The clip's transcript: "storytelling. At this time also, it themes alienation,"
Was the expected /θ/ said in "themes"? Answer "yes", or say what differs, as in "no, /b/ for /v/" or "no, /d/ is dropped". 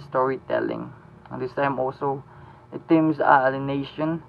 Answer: no, /t/ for /θ/